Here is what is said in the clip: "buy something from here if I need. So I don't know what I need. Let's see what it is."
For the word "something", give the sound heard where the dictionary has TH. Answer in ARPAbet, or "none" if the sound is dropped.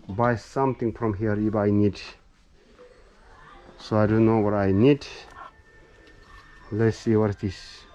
T